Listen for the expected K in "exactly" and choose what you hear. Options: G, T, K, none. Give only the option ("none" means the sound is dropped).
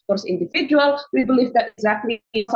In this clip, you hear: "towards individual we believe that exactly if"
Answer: K